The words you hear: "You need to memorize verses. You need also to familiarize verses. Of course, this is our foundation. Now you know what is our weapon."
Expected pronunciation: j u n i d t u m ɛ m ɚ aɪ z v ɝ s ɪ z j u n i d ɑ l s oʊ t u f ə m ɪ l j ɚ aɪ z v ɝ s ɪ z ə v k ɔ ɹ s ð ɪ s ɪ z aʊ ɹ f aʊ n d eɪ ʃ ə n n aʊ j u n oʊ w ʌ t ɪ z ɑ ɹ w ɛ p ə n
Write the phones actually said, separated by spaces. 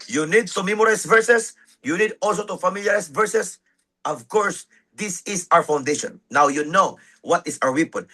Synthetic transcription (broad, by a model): j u n i d t u m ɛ m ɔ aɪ s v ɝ s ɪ s j u n i d ɑ l s oʊ t u f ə m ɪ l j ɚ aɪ s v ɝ s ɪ s ə v k ɔ ɹ s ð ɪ s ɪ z aʊ ɹ f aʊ n d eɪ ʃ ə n n aʊ j u n oʊ w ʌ t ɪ s ɑ ɹ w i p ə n